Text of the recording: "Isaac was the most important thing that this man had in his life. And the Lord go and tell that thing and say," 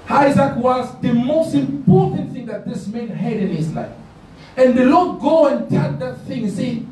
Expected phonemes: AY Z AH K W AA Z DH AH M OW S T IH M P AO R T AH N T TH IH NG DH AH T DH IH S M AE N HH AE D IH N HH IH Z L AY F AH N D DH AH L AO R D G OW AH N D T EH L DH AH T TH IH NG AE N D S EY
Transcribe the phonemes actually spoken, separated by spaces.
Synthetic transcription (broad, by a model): AY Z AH K W AA Z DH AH M OW S T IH M P AO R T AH N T TH IH NG DH AH T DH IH S M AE N HH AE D IH N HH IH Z L AY F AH N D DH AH L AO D G OW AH N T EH N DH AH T TH IH NG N S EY